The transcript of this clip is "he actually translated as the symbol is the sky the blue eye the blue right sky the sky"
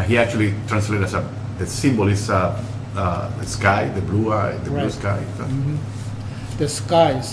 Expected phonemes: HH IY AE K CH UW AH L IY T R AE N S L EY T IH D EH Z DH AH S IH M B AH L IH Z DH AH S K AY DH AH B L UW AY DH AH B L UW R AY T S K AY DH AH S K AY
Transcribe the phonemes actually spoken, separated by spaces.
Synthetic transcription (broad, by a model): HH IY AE K CH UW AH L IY T R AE N S L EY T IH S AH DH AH S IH M B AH L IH S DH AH S K AY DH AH B L UW AY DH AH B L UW S K AY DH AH S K AY